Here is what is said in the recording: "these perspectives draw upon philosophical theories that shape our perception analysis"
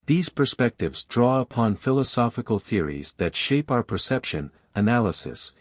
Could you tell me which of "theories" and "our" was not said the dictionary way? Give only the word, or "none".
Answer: none